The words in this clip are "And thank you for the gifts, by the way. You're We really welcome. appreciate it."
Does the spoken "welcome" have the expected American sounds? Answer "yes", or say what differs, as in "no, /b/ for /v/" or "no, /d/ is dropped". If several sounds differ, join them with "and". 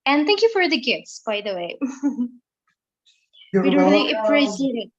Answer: no, /k/ is dropped and /m/ is dropped